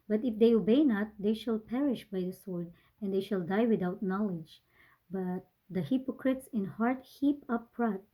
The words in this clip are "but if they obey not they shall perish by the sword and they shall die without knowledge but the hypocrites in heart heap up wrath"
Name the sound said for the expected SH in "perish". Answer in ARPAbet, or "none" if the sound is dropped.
SH